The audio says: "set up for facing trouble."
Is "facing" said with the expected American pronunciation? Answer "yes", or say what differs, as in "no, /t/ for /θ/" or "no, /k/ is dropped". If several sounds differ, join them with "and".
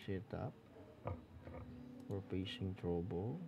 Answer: no, /p/ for /f/